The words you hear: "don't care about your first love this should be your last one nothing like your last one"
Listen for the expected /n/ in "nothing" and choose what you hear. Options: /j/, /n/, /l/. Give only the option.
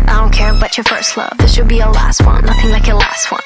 /l/